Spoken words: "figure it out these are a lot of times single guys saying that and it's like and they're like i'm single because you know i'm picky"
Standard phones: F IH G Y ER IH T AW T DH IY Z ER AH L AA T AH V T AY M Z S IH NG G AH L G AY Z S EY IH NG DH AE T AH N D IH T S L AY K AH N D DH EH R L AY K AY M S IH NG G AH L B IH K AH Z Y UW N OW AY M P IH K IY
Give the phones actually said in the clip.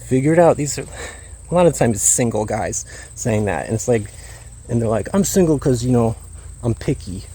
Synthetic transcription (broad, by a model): F IH G Y ER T AW T DH IY Z ER AH L AA T AH V T AY M Z S IH NG G L G AY Z S EY IH NG DH AE T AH N IH T S L AY K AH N DH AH R L AY K AY M S IH NG G L K AH Z Y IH N OW AY M P IH K IY